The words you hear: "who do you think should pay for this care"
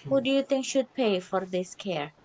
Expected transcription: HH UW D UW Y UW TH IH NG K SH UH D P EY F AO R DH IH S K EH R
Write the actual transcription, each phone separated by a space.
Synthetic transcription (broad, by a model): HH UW D UW Y UW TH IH NG K SH UH D P EY F AO R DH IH S K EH R